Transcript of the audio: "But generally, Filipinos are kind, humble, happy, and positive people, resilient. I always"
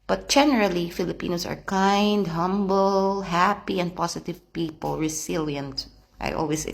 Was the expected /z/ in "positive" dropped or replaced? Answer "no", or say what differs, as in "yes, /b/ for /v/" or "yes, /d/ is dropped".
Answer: yes, /s/ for /z/